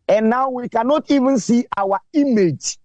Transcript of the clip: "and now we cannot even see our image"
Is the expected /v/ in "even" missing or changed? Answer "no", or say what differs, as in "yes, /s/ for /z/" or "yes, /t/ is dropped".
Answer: no